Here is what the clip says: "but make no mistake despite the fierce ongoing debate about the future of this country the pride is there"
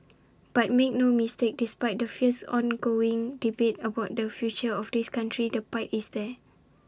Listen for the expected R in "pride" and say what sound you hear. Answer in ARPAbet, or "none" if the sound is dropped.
none